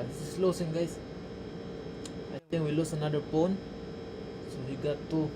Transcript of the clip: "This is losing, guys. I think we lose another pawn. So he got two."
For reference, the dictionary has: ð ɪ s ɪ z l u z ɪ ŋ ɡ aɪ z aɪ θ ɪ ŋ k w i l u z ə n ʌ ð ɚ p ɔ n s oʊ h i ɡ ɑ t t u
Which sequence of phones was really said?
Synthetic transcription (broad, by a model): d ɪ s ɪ s l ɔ s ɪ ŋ ɡ aɪ s aɪ t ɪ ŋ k w i l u s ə n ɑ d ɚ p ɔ n s oʊ h i ɡ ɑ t t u